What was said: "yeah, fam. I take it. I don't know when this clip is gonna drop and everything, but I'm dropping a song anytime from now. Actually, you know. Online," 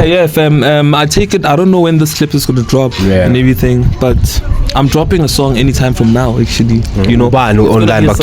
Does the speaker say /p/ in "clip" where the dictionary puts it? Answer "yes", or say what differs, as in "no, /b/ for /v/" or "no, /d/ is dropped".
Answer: yes